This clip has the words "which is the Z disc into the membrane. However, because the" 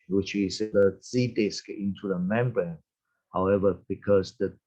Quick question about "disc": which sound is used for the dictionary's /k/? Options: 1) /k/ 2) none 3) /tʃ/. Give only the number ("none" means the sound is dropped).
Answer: 1